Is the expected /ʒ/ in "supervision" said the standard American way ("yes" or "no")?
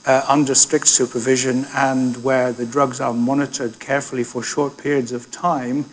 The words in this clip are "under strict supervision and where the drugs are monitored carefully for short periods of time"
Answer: yes